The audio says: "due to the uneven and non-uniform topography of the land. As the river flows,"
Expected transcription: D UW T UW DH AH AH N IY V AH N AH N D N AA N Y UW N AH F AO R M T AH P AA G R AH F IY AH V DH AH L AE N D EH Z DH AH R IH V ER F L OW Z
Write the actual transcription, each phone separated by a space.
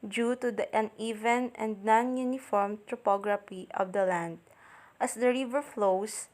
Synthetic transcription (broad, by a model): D UW T UW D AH AH N IY V AH N AH N D N AA N Y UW N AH F AO R M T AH P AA G R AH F IY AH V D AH L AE N D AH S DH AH R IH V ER F L OW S